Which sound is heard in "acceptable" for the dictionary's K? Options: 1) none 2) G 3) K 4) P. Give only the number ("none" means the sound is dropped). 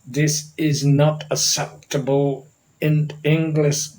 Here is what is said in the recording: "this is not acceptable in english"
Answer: 1